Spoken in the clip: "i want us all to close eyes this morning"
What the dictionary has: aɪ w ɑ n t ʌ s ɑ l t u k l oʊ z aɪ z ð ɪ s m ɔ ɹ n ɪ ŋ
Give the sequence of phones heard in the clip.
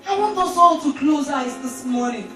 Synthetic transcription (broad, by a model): aɪ w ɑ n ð ʌ s ɑ l t u k l oʊ z aɪ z ð ɪ s m ɔ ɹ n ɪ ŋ